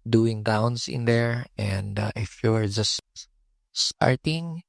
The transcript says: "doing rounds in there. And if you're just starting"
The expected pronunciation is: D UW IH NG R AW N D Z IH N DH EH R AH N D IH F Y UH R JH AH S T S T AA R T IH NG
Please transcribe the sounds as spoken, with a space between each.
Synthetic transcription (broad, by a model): D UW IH NG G AW N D S IH N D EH R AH N D IH F Y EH R JH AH S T S T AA R T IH NG